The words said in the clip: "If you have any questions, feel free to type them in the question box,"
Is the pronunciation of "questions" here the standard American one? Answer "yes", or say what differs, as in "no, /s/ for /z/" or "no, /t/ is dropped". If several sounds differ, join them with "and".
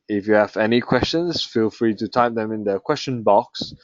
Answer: no, /s/ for /z/